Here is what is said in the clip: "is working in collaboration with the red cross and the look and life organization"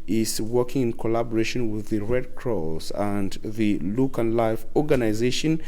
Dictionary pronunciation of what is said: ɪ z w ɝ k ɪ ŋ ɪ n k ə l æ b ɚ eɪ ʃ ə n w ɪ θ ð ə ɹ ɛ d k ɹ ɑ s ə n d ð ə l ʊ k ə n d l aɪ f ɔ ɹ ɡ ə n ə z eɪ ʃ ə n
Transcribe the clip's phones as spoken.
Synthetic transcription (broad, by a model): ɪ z w ɝ k ɪ ŋ ɪ n k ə l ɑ b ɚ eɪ ʃ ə n w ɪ ð ə ɹ ɛ d k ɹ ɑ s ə n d ð ə l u k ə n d l aɪ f ɔ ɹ ɡ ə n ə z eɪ ʃ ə n